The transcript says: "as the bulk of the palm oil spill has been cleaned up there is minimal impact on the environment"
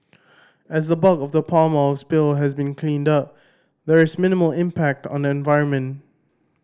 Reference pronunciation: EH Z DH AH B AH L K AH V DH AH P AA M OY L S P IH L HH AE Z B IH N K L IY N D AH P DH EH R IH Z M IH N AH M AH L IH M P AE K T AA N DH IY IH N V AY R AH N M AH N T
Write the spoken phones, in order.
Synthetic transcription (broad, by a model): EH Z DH AH B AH K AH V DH AH P AA M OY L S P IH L HH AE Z B IH N K L IY N D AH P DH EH R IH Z M IH N AH M AH L IH M P AE K T AA N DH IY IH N V AY R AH N M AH N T